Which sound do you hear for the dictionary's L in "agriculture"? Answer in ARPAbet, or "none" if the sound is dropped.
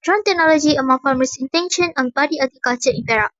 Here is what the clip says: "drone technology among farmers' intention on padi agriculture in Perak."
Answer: none